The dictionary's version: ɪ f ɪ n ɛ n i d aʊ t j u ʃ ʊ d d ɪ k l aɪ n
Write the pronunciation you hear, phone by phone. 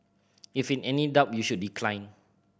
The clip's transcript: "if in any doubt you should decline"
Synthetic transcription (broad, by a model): ɪ f ɪ n ɛ n i d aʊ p j u ʃ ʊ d d ɪ k l aɪ n